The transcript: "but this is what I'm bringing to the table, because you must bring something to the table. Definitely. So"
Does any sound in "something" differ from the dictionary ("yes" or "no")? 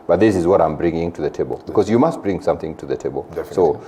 no